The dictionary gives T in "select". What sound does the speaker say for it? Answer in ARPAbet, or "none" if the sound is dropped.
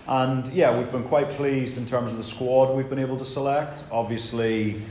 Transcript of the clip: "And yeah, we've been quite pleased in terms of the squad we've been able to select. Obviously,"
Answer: T